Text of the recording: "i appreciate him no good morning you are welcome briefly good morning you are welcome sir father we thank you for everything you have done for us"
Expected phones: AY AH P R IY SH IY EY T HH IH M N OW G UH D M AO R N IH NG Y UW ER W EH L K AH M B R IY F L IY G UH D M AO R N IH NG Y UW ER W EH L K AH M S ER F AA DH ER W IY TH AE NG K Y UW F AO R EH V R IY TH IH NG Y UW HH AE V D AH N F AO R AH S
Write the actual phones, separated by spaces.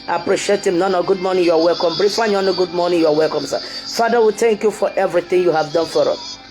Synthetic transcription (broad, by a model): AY AH P R IY SH IY EY T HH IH M N OW G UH D M AO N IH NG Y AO W EH L K AH M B R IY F N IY G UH D M AO N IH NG Y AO W EH L K AH M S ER F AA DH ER W IY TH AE NG K Y UW F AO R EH V R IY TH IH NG Y UW HH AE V D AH N F AO R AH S